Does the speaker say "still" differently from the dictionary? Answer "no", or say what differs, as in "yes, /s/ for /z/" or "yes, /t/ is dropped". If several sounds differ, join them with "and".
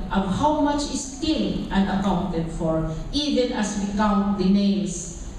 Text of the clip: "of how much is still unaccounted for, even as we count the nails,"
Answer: yes, /n/ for /l/